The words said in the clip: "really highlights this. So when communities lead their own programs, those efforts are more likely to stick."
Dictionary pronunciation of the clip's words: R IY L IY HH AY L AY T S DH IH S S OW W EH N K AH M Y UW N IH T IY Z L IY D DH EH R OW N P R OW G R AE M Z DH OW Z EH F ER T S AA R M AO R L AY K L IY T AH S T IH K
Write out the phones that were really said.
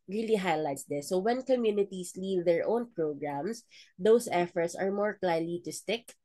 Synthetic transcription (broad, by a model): R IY L IY HH AY L AY T S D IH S S OW W EH N K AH M Y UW N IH T IY S L IY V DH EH R OW N P R OW G R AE M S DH OW S EH F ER T S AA R M AO R L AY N L IY T AH S T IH K